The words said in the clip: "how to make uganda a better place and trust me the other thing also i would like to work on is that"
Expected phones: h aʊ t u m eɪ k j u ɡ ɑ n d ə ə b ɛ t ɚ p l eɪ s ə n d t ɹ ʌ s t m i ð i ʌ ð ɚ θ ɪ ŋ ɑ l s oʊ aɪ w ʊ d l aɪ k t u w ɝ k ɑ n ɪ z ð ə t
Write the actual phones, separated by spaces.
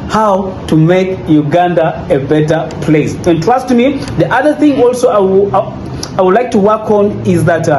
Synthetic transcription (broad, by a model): h aʊ t u m eɪ k j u ɡ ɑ n d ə ə b ɛ t ɚ p l eɪ s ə n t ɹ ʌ s t m i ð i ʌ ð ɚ θ ɪ ŋ ɑ l s oʊ aɪ w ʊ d l aɪ k t u w ɝ k ɑ n ɪ z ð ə t